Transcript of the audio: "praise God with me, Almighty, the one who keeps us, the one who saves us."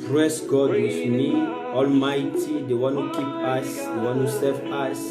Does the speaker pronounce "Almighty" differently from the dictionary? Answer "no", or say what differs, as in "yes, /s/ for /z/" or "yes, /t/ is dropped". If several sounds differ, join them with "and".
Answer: no